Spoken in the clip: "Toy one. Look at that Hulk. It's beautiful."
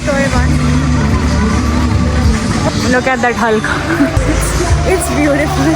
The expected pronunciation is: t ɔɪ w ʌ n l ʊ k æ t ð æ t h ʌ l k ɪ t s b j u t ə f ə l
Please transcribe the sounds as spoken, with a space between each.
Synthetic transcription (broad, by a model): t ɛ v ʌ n n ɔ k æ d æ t h ʌ l k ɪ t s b j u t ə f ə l